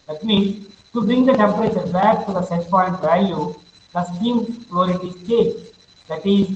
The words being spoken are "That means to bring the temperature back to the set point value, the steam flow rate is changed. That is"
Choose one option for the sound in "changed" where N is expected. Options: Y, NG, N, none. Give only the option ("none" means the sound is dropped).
none